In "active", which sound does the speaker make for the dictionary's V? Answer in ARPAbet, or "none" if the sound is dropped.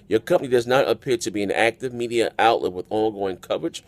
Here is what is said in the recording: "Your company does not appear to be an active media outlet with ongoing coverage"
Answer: V